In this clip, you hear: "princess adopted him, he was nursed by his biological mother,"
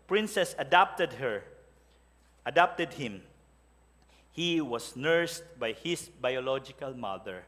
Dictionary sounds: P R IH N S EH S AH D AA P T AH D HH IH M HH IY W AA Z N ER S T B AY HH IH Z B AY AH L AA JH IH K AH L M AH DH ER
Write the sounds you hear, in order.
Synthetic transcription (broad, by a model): P R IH N S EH S AH D AA P T AH D HH IH M HH IY W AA S N ER S T B AY HH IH S B AY AH L AA JH IH K AH L M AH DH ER